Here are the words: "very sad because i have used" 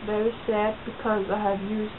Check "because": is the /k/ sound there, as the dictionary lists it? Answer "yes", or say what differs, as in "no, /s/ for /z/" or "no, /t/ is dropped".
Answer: yes